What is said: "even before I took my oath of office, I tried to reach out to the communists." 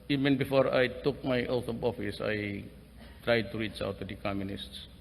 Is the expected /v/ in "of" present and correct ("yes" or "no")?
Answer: no